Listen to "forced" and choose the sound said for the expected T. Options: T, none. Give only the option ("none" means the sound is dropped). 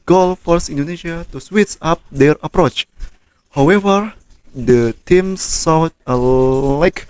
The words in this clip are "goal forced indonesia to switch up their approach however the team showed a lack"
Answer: none